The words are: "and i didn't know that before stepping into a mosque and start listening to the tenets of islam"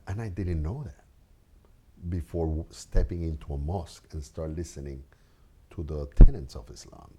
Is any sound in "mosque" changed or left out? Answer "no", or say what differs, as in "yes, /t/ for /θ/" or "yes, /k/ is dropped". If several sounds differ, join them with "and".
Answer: no